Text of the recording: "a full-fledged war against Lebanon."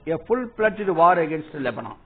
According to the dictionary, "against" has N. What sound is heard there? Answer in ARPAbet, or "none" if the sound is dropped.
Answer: N